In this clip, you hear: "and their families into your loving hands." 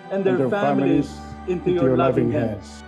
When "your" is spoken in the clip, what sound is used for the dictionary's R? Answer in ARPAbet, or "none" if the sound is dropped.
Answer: L